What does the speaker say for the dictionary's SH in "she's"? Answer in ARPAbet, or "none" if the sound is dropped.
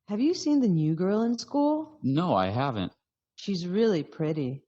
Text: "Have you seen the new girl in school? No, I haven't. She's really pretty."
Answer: SH